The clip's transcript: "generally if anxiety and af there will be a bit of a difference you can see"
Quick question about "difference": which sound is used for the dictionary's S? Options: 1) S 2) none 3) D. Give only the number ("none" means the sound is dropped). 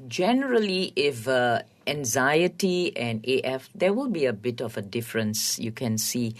1